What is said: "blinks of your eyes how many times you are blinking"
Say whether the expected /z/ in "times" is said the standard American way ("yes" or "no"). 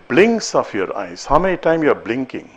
no